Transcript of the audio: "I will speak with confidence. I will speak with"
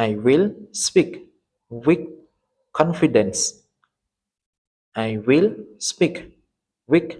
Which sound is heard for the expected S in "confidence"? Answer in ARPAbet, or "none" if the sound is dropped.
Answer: S